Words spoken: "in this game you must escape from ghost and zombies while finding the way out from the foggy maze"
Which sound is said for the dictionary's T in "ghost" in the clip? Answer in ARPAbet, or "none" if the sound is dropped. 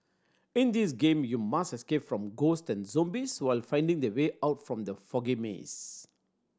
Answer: T